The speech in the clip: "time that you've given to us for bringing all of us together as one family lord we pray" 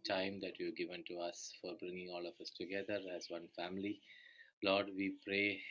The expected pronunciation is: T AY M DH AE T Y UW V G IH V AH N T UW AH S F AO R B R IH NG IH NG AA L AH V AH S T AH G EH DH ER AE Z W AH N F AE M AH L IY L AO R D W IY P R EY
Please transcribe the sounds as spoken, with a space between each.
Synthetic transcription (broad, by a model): T AY M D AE T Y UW G IH V AH N T UW AH S F AO R B R IH NG IH NG AA L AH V AH S T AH G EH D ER AE Z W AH N F AE M AH L IY L AO R D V IY P R EY